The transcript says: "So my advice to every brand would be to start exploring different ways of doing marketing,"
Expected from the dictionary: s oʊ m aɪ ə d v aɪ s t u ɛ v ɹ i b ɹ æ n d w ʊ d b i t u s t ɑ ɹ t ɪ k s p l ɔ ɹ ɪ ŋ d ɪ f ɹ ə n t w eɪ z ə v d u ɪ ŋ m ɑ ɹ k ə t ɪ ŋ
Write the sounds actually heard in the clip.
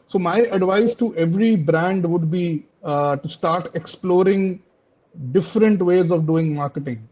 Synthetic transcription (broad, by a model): s oʊ m aɪ ə d v aɪ s t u ɛ v ɹ i b ɹ æ n d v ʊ d b i t u s t ɑ ɹ t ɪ k s p l ɔ ɹ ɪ ŋ d ɪ f ɹ ə n t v eɪ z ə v d u ɪ ŋ m ɑ ɹ k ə t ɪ ŋ